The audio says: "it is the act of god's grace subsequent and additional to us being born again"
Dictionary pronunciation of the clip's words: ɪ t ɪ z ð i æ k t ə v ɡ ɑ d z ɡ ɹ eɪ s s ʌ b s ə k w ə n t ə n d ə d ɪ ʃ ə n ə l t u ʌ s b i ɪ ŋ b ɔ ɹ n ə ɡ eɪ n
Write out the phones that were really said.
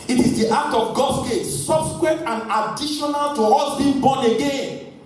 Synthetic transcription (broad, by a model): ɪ t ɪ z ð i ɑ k t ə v ɡ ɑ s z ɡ eɪ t s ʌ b s k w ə t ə n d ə d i ʃ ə n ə l t u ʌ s b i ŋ b ɔ n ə ɡ eɪ n